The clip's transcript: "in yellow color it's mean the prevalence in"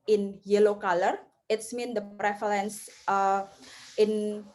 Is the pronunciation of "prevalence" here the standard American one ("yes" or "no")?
no